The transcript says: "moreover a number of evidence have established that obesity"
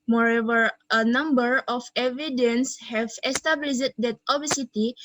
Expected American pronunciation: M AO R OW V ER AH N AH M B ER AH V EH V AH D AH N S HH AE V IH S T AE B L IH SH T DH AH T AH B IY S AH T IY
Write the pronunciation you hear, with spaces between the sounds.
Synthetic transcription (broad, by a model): M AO R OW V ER AH N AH M B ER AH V EH V AH D AH N S HH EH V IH S T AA B L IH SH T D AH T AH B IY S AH T IY